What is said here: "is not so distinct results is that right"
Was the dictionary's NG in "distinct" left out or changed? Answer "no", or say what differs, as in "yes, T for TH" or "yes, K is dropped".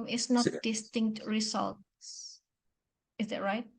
no